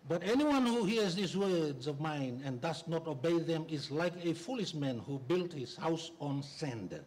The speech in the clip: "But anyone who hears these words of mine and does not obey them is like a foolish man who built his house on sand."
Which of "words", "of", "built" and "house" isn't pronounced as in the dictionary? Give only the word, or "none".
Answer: none